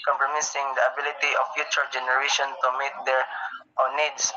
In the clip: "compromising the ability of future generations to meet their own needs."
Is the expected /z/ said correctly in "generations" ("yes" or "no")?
no